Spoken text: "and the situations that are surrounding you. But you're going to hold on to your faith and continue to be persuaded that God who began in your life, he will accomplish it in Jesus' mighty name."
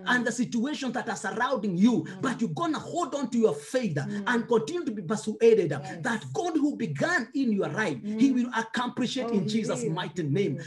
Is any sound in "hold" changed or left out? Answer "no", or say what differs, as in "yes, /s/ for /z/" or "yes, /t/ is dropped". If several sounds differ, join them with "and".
no